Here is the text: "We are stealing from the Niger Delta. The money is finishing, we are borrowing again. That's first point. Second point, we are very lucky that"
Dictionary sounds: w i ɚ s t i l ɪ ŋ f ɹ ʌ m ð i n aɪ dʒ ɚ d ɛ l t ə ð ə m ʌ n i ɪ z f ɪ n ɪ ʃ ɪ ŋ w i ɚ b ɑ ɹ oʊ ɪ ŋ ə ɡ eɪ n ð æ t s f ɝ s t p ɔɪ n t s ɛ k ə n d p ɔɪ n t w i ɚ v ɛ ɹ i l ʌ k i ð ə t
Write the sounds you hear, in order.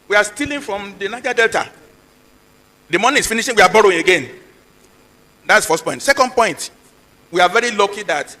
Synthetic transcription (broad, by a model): w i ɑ s t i l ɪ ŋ f ɹ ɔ m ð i n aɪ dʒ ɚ d ɛ l t ə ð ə m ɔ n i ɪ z f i n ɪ ʃ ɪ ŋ w i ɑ b ɑ ɹ oʊ ɪ ŋ ə ɡ eɪ n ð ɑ t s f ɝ s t p ɔɪ n t s ɛ k ə n d p ɔɪ n t w i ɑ v ɛ ɹ i l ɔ k i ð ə t